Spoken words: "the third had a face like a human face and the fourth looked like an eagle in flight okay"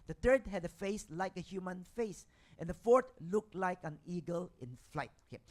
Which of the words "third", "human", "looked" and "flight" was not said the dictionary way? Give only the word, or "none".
third